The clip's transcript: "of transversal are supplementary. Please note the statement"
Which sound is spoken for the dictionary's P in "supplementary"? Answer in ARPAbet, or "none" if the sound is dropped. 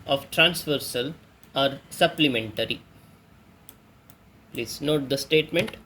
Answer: P